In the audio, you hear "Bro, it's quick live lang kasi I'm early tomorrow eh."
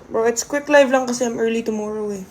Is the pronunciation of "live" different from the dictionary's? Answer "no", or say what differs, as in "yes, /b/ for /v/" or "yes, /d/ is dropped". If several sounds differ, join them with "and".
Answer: no